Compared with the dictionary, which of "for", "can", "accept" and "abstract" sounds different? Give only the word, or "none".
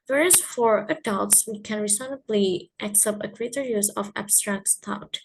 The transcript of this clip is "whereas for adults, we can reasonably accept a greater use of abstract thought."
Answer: none